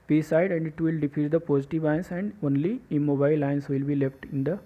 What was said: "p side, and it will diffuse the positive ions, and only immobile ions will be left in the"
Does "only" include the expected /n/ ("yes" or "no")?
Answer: yes